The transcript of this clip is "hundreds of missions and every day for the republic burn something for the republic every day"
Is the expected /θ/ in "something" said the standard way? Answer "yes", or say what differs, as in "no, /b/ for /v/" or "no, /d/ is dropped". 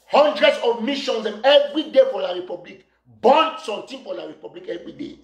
no, /t/ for /θ/